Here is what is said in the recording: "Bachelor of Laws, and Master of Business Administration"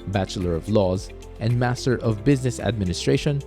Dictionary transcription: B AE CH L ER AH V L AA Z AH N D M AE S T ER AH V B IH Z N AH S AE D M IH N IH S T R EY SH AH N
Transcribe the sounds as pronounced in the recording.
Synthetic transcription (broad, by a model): B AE CH L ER AH V L AA Z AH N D M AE S T ER AH V B IH Z N AH S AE D M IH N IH S T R EY SH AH N